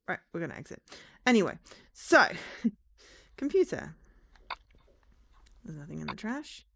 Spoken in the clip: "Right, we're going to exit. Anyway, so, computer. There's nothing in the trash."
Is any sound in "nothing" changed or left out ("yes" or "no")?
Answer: no